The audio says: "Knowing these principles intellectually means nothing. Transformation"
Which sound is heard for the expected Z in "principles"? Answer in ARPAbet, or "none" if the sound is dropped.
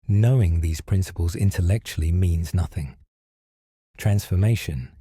Z